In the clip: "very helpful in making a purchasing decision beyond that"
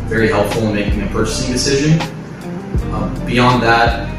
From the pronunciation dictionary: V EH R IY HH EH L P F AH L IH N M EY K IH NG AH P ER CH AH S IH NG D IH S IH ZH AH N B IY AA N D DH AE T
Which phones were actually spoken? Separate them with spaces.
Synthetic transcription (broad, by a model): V EH R IY HH EH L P F L IH N M EY K IH NG AH P ER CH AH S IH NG D IH S IH ZH AH N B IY AA N DH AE T